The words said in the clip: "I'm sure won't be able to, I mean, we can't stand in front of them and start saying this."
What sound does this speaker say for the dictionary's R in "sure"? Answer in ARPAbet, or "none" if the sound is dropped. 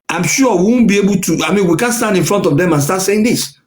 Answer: W